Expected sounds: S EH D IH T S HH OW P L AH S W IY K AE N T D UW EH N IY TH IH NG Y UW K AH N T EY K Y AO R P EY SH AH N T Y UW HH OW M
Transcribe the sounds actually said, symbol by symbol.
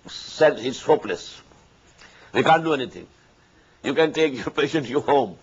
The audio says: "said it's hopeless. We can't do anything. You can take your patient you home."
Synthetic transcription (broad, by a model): S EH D IH T S HH OW P L AH S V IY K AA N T D UW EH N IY T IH NG Y UW K AH N T EY K Y AO R P EY SH AH N T Y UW HH OW M